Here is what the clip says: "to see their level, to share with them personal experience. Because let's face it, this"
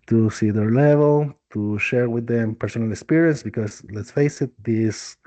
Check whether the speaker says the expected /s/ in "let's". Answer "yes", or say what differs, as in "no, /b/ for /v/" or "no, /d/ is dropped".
yes